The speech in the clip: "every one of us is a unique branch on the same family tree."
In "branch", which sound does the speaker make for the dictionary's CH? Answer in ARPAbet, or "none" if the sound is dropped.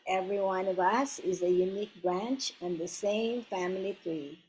CH